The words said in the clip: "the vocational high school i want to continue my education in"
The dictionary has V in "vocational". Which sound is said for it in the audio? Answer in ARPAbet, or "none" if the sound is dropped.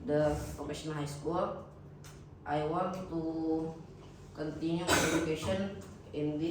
P